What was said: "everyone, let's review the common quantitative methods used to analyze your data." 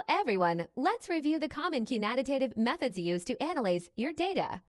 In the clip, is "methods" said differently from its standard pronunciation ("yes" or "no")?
no